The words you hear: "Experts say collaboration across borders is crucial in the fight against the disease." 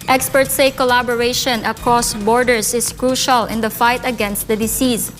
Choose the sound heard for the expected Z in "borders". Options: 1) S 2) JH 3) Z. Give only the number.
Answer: 1